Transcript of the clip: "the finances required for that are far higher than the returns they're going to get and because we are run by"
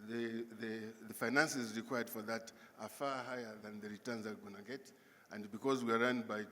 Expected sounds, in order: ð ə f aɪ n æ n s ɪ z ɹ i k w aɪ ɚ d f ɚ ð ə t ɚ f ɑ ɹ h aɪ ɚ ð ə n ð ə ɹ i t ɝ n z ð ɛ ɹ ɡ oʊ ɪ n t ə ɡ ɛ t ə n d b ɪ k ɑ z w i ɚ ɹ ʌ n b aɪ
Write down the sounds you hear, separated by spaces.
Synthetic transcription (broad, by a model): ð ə f aɪ n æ n s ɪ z ɹ i k w aɪ ɚ d f ɚ ð ə t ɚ f ɑ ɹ h aɪ ɚ ð ə n ð ə ɹ i t ɝ n z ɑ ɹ ɡ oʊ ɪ n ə ɡ ɛ t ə n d b ɪ k ɑ z w i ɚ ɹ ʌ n b aɪ